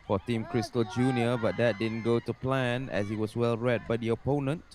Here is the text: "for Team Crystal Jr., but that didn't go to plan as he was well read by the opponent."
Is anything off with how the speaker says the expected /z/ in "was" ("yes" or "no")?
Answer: yes